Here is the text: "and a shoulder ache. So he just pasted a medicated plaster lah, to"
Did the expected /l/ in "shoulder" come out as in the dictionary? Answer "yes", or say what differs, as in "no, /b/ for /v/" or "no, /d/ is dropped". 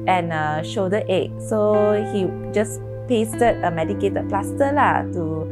no, /l/ is dropped